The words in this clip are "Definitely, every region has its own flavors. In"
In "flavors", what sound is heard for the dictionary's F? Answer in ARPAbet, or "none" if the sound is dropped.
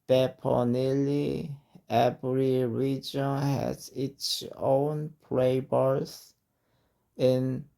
P